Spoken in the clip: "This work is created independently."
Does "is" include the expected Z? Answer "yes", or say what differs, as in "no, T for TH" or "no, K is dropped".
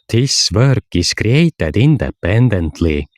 no, S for Z